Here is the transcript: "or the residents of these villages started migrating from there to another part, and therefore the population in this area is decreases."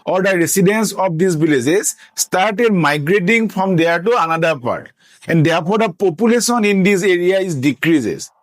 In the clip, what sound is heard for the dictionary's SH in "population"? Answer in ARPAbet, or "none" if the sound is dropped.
S